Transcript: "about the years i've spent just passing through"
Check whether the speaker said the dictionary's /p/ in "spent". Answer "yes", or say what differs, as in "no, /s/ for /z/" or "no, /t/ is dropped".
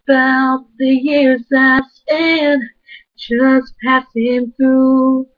no, /p/ is dropped